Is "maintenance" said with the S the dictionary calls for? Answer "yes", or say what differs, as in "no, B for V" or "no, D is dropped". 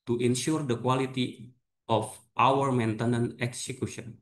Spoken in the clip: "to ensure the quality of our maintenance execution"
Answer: no, S is dropped